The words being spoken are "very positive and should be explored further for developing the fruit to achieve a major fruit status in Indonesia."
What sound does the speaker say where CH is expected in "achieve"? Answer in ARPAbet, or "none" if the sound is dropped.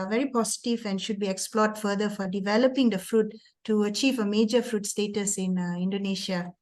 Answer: CH